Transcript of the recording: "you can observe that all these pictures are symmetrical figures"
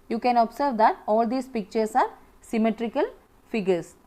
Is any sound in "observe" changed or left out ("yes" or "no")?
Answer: yes